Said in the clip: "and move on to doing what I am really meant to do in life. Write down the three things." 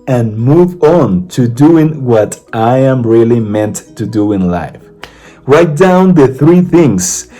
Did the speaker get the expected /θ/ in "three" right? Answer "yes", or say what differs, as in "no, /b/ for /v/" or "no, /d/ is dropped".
yes